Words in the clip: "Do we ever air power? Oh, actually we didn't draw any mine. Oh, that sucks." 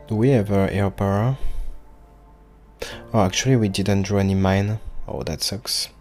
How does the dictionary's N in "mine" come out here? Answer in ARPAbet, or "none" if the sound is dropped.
N